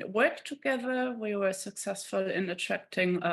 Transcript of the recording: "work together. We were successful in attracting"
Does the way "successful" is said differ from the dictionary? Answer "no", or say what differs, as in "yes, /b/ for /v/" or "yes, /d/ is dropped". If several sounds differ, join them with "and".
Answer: no